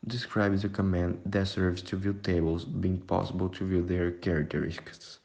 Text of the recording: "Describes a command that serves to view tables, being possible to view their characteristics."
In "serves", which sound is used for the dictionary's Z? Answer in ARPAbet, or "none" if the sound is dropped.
S